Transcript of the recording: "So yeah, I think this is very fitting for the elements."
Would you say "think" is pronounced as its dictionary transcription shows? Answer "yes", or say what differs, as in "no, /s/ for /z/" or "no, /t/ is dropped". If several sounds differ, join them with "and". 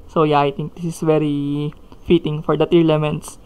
no, /t/ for /θ/